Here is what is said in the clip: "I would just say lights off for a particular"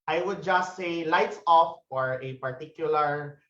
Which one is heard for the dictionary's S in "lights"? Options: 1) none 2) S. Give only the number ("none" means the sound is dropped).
2